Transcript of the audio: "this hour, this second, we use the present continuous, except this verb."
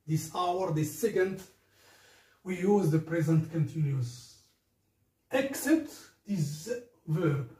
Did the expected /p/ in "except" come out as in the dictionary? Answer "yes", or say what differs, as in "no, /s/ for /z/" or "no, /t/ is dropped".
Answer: no, /p/ is dropped